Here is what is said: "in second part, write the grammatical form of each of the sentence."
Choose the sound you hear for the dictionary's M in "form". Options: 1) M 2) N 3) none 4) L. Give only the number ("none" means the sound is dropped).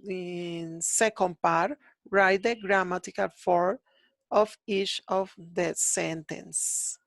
3